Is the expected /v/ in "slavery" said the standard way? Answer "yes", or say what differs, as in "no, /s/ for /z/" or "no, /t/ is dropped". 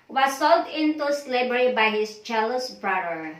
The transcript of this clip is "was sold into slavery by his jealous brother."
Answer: no, /b/ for /v/